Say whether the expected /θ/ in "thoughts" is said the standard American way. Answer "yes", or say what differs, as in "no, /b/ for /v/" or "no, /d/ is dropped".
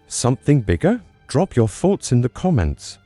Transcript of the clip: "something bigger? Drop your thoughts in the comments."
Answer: yes